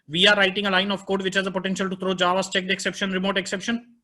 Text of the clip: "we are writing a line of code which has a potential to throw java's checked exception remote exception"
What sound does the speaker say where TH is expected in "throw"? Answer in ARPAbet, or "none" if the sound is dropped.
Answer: T